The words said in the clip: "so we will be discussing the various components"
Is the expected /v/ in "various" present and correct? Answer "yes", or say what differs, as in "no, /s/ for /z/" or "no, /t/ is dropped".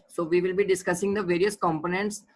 yes